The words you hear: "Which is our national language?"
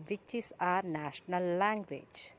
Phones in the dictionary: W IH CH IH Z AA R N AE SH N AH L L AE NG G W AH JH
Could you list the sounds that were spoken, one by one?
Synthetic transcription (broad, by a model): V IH CH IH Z AA R N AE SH N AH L L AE NG G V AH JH